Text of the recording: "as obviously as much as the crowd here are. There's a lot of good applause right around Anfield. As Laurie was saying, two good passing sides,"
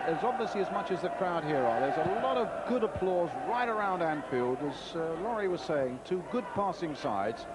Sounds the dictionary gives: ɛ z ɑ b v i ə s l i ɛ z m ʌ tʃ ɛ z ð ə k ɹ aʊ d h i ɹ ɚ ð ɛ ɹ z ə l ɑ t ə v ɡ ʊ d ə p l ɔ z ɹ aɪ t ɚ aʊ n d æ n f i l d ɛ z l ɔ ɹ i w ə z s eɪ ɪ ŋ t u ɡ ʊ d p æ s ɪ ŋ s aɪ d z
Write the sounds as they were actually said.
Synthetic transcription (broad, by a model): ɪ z ɑ b v i ə s l i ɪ z m ʌ tʃ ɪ z ð ə k ɹ aʊ d h i ɹ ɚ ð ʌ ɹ z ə l ɑ t ə v ɡ ʊ d ə p l ɔ z ɹ aɪ t ɚ aʊ n d æ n f i l d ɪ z l ɔ ɹ i w ə z s eɪ ɪ ŋ t u ɡ ʊ d p æ s ɪ ŋ s aɪ d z